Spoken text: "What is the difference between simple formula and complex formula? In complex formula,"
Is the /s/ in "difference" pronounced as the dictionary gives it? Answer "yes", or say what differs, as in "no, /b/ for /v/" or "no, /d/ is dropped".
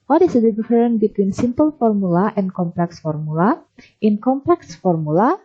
no, /s/ is dropped